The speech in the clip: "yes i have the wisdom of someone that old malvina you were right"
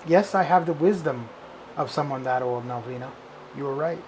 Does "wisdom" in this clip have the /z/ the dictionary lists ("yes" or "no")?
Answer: yes